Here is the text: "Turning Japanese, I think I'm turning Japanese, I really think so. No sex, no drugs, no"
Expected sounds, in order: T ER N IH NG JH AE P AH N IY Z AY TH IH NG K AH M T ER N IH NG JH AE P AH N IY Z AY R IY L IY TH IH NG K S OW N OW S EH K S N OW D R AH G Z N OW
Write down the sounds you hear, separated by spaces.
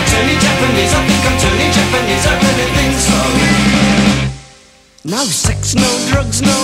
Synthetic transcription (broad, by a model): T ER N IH JH AE P AH N IY Z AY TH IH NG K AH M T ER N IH JH AE P AH N IY Z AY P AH N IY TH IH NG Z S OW N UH S EH K S N OW D R AH G Z N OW